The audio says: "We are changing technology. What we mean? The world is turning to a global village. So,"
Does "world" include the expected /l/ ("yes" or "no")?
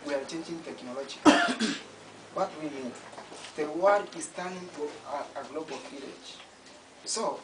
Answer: no